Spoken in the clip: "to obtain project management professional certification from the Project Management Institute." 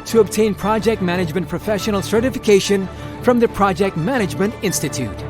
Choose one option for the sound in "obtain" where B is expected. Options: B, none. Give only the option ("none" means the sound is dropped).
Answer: B